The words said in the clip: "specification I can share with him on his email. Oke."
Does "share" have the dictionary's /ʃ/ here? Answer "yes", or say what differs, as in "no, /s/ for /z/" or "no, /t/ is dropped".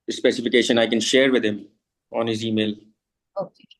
yes